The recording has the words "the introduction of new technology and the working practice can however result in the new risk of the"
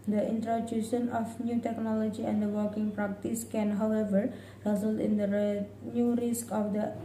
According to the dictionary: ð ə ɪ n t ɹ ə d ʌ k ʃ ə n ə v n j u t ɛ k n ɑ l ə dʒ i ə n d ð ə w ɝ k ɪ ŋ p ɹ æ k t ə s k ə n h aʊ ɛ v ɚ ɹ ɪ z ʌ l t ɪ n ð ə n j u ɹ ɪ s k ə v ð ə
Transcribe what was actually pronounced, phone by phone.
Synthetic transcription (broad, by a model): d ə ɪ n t ɹ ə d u ʃ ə n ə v n j u t ɛ k n ɑ l ə dʒ i ə n d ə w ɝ k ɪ ŋ p ɹ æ k t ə s k ə n h aʊ ɛ v ɚ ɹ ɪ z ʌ l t ɪ n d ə n j u ɹ ɪ s k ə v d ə